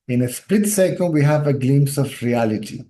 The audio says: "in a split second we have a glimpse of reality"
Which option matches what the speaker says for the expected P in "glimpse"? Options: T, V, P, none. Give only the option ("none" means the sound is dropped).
none